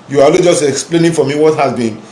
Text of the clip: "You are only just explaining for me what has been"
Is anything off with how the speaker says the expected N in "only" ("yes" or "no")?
yes